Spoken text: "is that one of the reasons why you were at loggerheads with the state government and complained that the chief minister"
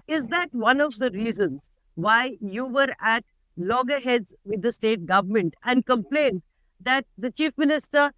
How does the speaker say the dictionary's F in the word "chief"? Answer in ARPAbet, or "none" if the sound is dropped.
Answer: F